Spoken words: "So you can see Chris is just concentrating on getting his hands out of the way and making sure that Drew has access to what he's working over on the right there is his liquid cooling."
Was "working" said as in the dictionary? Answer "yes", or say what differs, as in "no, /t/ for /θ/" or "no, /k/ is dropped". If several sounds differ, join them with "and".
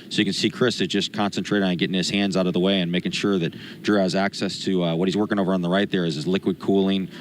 yes